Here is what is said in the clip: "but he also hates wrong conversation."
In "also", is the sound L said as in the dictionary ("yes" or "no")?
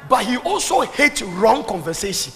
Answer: yes